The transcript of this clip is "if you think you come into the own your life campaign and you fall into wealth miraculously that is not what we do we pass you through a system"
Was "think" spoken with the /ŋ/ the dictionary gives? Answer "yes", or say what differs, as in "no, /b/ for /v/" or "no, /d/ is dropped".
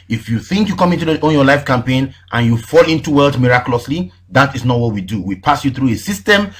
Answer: yes